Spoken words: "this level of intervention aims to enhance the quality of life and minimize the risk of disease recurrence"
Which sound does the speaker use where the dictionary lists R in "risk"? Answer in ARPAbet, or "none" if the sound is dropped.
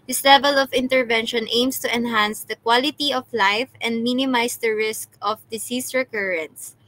R